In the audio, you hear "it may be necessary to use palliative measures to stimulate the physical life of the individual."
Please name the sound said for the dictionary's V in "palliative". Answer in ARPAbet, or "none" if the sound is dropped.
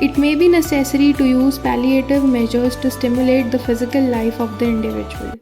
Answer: V